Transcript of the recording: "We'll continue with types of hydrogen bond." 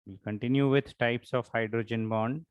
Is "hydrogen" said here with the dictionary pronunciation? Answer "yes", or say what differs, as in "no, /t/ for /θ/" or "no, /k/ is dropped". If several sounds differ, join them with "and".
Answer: yes